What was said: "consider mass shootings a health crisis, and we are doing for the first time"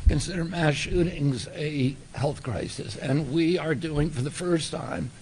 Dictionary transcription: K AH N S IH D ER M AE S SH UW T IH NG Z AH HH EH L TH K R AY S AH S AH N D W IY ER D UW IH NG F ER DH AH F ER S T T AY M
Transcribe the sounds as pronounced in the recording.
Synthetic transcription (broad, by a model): K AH N S IH D ER M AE SH UW T IH NG Z AH HH EH L TH K R AY S AH S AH N W IY ER D UW IH NG F ER DH AH F ER S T T AY M